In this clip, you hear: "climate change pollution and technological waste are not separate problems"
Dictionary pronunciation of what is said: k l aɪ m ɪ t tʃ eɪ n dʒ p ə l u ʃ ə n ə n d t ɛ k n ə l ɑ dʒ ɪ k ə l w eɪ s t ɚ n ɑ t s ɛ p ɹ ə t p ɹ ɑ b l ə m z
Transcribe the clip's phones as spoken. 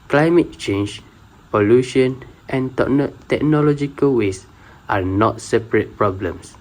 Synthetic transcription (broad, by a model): k l aɪ m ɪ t tʃ eɪ n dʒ p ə l u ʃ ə n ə n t t ɛ k n ə l ɑ dʒ ɪ k ə l w eɪ s t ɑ n ɑ t s ɛ p ɹ ə t p ɹ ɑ b l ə m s